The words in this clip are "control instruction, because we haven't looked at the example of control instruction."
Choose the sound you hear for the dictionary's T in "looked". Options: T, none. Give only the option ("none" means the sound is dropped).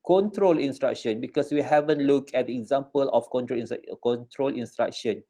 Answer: none